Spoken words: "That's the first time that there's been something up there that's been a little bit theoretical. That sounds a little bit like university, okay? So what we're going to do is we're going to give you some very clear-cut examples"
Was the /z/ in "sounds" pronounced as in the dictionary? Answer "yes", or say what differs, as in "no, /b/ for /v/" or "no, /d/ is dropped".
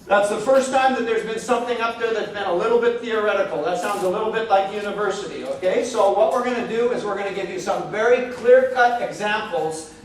yes